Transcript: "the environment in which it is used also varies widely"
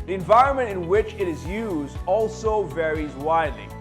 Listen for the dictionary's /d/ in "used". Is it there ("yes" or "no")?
yes